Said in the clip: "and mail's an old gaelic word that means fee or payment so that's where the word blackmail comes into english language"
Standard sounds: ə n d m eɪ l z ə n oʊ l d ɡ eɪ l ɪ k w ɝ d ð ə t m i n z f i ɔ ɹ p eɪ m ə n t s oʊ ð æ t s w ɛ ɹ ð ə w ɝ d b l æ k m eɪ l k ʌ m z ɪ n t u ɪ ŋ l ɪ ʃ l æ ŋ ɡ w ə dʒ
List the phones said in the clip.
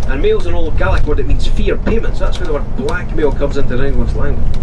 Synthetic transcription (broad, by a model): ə n m eɪ l z ə n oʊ l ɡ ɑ l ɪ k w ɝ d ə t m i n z f i ɹ p eɪ m ə n t s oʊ ð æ t s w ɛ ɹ ð ə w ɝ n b l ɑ k m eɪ l k ʌ m z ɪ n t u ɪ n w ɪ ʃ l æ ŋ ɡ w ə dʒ